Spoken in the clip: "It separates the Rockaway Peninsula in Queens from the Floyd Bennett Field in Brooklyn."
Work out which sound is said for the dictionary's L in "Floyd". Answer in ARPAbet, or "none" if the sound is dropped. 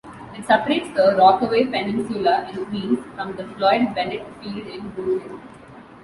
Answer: L